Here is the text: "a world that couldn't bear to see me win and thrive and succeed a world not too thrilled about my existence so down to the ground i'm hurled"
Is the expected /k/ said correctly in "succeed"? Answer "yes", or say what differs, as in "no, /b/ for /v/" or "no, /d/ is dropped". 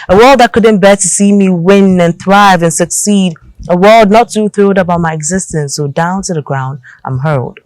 yes